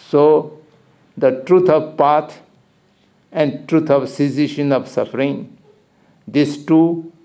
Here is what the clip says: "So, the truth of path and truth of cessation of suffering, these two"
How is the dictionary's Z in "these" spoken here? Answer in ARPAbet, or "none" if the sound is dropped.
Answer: S